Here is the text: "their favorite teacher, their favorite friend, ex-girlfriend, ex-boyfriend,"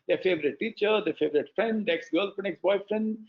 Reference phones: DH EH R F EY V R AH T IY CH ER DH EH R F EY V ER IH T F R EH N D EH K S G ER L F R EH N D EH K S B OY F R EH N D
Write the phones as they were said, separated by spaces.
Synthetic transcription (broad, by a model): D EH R F EY V R AH T IY CH ER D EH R F EY V ER IH T F R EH N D EH K S G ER L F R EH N EH K S B OY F R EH N D